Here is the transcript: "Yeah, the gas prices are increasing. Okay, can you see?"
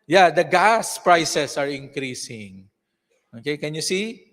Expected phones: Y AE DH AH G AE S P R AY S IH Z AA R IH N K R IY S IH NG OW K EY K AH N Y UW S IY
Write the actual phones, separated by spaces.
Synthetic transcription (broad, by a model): Y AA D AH G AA S P R AY S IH S AA R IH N K R IY S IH NG OW K EY K AH N Y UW S IY